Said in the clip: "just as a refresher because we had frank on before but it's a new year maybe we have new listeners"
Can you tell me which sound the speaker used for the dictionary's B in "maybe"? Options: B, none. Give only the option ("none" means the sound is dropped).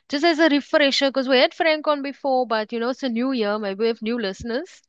none